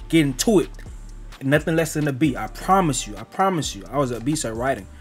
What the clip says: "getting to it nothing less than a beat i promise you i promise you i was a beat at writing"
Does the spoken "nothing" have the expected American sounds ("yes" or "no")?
yes